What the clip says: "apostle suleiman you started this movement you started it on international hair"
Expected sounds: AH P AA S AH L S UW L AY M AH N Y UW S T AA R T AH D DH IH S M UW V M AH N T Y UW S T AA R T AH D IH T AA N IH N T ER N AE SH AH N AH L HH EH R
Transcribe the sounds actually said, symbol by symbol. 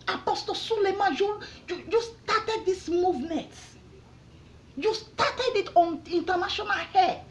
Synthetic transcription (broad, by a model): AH P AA S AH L S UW L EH M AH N Y UW S T AA T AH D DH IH S M UW V M AH N T Y UW S T AA T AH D IH T AA N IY N T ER N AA SH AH N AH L HH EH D